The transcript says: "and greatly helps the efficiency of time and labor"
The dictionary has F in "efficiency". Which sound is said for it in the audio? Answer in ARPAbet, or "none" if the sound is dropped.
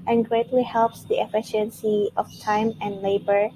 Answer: F